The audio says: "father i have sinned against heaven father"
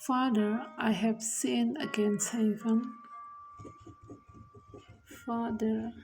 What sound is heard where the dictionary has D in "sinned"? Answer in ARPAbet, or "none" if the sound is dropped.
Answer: none